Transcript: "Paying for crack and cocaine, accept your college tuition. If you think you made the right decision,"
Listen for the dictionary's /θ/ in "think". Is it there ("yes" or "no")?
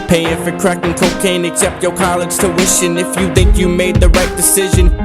yes